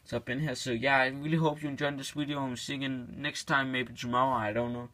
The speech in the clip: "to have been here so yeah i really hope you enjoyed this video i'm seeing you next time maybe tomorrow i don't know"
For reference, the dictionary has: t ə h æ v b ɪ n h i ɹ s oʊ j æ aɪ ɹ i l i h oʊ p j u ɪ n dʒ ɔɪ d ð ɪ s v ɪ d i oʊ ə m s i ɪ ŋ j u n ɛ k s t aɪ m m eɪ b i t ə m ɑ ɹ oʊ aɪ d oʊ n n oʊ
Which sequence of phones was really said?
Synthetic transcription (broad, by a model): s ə b ɪ n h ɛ s oʊ j æ aɪ ɹ i l i h oʊ p j u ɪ n dʒ ɔɪ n ð ɪ s w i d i oʊ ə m s i ɪ ŋ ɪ n ɛ k s t aɪ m m eɪ b i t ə m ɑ ʊ aɪ d oʊ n n oʊ